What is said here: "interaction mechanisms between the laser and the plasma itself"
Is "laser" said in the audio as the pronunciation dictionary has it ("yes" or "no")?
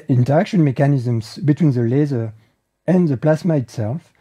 yes